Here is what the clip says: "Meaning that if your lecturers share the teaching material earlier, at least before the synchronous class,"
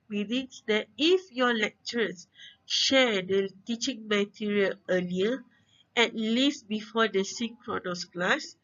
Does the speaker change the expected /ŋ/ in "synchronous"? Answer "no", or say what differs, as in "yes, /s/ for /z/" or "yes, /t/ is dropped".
yes, /ŋ/ is dropped